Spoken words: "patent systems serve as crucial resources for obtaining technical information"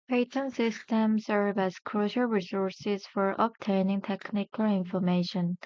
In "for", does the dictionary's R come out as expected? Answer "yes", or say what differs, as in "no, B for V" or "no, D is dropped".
yes